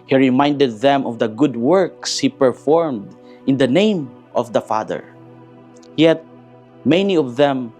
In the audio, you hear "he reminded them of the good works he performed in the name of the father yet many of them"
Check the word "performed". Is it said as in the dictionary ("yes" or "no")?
yes